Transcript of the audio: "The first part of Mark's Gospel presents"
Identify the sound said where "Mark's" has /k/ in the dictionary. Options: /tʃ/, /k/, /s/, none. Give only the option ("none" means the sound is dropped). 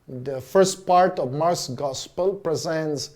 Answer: none